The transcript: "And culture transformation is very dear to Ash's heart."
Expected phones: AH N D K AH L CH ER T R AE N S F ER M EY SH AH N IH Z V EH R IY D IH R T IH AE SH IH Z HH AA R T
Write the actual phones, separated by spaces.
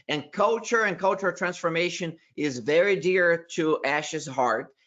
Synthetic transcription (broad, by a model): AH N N K AH L CH ER T R AE N S F ER M EY SH AH N IH Z V EH R IY D IH R T IH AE SH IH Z HH AA R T